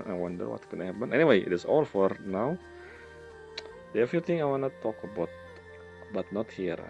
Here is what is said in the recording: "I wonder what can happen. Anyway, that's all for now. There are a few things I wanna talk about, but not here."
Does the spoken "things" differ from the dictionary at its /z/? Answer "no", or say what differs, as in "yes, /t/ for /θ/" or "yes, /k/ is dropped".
yes, /z/ is dropped